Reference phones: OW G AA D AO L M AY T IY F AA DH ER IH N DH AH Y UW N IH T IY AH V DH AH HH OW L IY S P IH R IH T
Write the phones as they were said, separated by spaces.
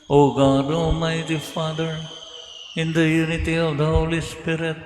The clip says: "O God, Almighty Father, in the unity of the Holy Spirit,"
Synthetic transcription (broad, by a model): OW G AA D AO M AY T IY F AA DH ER IH N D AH Y UW N IH T IY AH V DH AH HH OW L IY S P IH R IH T